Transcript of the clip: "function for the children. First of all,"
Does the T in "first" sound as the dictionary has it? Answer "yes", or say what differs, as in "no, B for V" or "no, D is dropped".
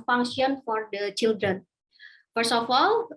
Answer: no, T is dropped